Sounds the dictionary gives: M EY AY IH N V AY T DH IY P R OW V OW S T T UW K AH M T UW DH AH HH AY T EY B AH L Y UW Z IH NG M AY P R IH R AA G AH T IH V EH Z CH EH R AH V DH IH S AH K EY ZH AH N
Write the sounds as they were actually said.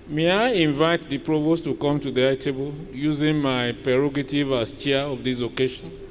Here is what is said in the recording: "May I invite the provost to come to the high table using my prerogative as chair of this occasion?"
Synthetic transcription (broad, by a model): M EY AY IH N V AY T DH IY P R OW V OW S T T UW K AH M T UW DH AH T EY B AH L Y UW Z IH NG M AY P R IH R AA G AH T IH V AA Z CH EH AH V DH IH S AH K EY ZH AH N